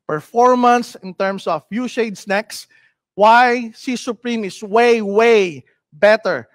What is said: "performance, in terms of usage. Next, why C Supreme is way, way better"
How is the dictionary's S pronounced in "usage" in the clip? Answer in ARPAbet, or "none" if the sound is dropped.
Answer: SH